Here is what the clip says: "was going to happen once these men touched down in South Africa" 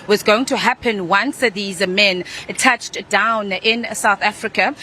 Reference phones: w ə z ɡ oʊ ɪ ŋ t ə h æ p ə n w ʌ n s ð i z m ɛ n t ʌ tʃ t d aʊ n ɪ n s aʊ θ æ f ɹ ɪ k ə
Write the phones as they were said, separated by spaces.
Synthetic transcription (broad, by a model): w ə z ɡ oʊ ɪ ŋ t ə h æ p ə n w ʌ n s ð i z m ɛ n t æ tʃ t d aʊ n ɪ n s aʊ θ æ f ɹ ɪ k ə